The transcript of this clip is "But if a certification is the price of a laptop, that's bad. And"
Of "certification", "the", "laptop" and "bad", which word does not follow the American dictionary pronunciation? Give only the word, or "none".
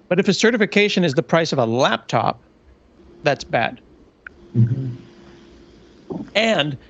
none